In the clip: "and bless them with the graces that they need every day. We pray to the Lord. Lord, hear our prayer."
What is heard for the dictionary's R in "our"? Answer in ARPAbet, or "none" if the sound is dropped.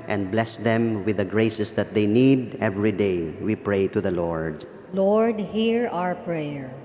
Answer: R